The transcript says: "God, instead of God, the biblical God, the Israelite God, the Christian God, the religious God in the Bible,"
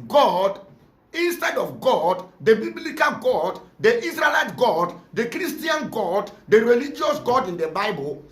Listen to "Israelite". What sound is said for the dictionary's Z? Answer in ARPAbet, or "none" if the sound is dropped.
S